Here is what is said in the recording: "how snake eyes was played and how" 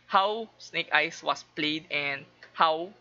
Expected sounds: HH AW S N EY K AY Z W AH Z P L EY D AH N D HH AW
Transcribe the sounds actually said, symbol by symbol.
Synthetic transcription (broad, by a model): HH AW S N EY K AY S W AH S P L EY D AH N D HH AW